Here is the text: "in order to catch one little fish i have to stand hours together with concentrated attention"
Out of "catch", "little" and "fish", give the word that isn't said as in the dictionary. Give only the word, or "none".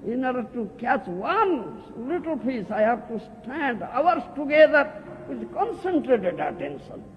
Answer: fish